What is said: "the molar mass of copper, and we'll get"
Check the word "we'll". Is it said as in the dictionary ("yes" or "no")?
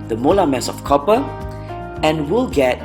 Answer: yes